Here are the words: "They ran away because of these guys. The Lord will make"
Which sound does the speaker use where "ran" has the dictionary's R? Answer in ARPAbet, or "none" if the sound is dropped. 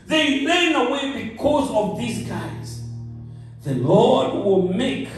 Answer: L